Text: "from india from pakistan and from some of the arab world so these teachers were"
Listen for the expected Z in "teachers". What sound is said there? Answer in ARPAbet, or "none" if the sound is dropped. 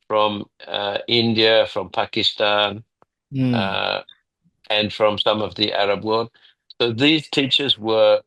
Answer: Z